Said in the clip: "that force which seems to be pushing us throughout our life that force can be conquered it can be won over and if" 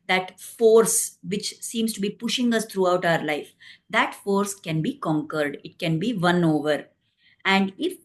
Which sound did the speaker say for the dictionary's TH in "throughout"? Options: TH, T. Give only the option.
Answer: T